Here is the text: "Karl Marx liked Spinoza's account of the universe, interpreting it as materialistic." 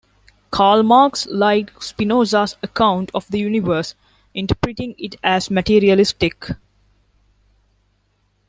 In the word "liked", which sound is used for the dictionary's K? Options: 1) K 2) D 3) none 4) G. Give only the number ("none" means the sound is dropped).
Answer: 3